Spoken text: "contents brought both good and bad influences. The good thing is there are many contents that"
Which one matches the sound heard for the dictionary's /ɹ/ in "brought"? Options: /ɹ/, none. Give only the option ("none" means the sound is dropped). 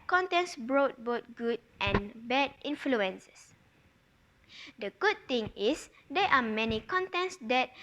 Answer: /ɹ/